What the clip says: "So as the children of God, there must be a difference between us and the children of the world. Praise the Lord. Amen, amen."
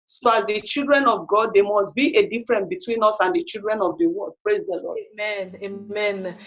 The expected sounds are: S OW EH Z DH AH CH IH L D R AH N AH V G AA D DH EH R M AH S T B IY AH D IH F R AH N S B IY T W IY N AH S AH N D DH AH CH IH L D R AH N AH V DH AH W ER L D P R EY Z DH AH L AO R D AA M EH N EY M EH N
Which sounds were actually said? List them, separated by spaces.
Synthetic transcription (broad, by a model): S OW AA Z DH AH CH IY L D R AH N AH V G AA D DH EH M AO S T B IY AH D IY F R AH N B IY T W IY N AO S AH N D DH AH CH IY L D R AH N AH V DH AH W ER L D P R EY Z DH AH L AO AA M EH N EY M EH N